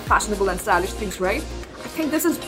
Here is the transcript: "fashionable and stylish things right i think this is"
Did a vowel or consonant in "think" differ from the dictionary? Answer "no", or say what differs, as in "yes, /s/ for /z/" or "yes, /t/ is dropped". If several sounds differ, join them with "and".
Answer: no